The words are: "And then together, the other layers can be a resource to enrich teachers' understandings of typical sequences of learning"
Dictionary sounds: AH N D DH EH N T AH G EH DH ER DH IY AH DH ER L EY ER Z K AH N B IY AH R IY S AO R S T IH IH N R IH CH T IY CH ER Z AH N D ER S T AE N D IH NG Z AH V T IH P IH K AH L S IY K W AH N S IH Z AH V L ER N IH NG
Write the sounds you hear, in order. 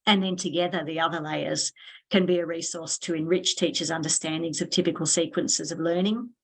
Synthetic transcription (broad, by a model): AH N DH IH N T AH G EH DH ER DH IY AH DH ER L EY ER Z K AH N B IY AH R IY S AO R S T IH IH N R IH CH T IY CH ER Z AH N D ER S T AE N D IH NG Z AH V T IH P IH K AH L S IY K W AH N S IH Z AH V L ER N IH NG